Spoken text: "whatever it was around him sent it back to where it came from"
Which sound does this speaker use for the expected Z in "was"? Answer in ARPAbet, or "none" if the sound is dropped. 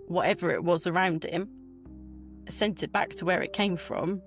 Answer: Z